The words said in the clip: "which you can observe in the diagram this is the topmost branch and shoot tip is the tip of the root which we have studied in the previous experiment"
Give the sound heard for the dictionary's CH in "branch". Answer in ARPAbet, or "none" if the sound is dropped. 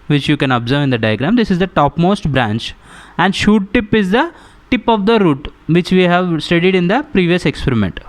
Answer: CH